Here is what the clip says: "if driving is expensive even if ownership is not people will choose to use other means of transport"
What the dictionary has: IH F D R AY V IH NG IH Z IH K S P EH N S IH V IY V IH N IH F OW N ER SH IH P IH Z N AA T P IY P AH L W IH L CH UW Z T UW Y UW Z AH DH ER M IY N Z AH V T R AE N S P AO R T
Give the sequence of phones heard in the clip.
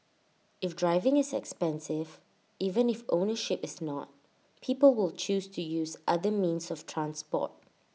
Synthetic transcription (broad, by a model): IH F D R AY V IH NG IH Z IH K S P EH N S IH V IY V IH N IH F OW N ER SH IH P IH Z N AA T P IY P AH L W IH L CH UW S T UW Y UW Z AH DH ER M IY N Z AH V T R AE N S P AO T